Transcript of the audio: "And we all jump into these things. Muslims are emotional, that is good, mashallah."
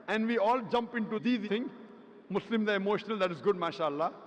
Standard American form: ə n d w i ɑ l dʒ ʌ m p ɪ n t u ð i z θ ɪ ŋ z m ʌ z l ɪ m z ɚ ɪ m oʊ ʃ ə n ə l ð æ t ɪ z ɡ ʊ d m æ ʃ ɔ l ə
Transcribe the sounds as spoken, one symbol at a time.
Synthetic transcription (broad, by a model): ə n d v i ɑ l dʒ ʌ m p ɪ n t u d i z t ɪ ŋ m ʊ s l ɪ m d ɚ ɪ m oʊ ʃ ə n ə l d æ t ɪ z ɡ ʊ d m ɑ ʃ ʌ l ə